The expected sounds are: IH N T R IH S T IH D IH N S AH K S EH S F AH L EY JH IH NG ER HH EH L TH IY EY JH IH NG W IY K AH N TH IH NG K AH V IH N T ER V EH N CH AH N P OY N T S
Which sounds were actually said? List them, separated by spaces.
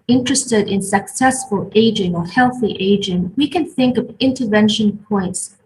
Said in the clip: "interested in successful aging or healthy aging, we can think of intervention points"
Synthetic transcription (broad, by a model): IH N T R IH S T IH D IH N S AH K S EH S F AH L EY JH IH NG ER HH EH L TH IY EY JH IH NG W IY K AH N TH IH NG K AH V IH N T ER V EH N SH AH N P OY N T S